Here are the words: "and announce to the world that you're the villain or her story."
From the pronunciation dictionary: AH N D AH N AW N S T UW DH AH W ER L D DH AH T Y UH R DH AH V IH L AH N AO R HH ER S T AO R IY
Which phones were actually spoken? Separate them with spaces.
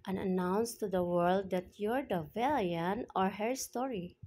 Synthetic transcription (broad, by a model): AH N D AH N AW N S T UW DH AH W ER L D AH T Y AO R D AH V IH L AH N AO R HH ER S T AO R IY